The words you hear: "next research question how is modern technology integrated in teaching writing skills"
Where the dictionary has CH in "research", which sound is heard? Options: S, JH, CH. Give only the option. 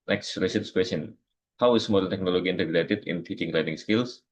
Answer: S